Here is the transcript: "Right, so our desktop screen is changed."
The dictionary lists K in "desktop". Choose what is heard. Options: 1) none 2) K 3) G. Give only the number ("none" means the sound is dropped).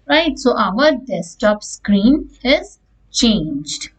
1